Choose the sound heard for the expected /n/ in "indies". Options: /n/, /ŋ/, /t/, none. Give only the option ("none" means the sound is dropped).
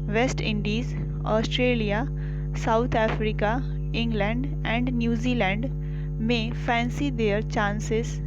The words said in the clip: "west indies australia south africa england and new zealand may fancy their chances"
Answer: /n/